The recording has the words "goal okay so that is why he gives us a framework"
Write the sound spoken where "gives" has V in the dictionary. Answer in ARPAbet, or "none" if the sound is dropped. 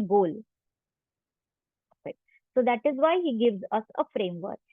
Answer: V